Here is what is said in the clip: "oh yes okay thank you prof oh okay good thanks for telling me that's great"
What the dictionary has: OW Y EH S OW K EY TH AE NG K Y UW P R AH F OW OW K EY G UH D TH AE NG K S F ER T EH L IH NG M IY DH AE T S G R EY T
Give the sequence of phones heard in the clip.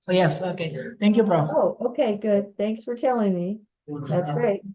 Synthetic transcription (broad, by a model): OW Y EH S OW K EY TH AE NG K Y UW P R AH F OW OW K EY G UH D TH AE NG K S F ER T EH L IH NG M IY DH AE T S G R EY T